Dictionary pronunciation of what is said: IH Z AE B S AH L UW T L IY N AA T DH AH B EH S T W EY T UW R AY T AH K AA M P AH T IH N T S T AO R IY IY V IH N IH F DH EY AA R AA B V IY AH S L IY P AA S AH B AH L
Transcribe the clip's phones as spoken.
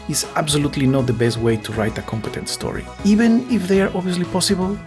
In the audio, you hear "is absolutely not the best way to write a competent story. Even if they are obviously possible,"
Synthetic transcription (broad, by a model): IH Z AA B S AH L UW T L IY N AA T DH AH B EH S T W EY T UW R AY T AH K AA M P AH T IH N T S T AO R IY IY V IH N IH F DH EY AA R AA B IY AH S L IY P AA S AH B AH L